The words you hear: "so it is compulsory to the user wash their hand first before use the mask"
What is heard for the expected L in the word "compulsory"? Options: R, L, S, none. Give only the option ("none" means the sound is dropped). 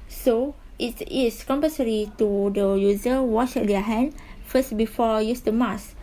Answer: none